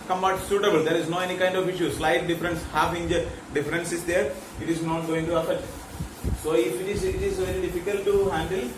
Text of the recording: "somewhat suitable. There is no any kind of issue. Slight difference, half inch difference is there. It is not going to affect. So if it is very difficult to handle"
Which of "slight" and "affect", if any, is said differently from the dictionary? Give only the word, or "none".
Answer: affect